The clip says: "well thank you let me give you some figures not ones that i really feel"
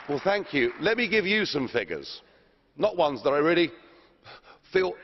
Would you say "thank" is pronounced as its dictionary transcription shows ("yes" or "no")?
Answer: yes